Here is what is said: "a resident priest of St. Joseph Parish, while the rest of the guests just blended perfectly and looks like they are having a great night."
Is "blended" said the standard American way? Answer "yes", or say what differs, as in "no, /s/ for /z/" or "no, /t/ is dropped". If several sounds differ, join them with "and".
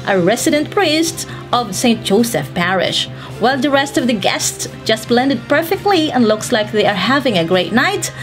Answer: yes